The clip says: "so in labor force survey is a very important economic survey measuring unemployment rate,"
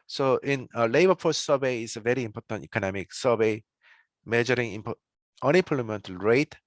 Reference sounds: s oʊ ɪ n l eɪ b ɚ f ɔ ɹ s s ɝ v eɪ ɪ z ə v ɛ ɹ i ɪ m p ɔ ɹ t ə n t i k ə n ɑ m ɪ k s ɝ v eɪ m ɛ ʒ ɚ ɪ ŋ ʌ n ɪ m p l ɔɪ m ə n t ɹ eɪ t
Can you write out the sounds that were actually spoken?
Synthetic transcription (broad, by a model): s oʊ ɪ n l eɪ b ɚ p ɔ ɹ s s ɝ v eɪ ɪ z ə v ɛ ɹ i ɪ m p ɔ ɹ t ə n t i k ə n ɑ m ɪ k s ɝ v eɪ m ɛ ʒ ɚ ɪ ŋ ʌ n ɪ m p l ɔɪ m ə n t ɹ eɪ t